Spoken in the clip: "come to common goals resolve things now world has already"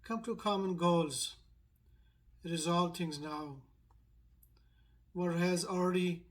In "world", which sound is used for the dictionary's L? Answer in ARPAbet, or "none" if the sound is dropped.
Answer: none